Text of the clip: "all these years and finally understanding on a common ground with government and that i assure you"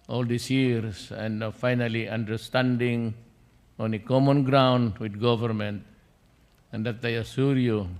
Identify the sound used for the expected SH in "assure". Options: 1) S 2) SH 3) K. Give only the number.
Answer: 1